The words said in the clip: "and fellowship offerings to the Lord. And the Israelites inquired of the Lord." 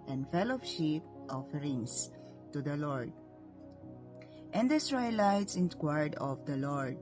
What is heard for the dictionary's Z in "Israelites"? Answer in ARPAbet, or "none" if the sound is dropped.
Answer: S